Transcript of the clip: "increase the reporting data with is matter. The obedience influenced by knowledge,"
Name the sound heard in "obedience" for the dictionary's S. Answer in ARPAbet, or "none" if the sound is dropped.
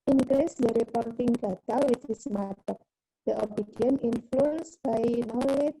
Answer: none